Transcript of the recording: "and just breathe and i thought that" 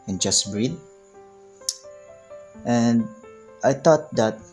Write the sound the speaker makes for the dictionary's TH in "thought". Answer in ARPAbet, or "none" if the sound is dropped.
T